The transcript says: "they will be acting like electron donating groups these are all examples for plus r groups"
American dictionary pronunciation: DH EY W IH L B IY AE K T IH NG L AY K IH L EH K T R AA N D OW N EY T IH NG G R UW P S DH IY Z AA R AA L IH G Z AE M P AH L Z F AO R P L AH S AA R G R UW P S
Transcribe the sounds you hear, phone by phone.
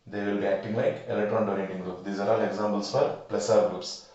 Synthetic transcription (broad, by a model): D EY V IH L B IY AE K T IH NG L AY K IH L EH K T R AA N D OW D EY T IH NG G R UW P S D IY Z AA R AA L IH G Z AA M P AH L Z F AO R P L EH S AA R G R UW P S